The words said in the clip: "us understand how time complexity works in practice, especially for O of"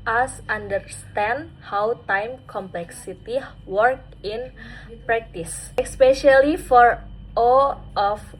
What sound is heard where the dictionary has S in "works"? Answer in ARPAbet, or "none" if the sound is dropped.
none